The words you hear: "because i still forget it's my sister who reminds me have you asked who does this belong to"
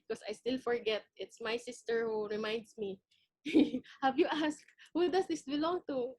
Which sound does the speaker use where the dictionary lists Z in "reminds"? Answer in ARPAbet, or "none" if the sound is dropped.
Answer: S